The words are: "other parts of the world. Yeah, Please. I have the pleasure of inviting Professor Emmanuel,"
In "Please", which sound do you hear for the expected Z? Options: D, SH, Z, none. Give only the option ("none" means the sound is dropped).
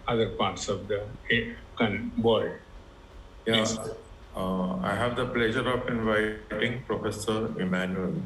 none